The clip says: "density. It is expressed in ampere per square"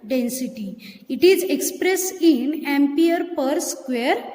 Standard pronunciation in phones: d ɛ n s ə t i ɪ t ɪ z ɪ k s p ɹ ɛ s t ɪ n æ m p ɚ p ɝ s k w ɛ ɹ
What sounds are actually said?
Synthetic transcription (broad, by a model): d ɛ n s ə t i ɪ t ɪ z ɪ k s p ɹ ɛ s t ɪ n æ m p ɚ p ɝ s k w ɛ ɹ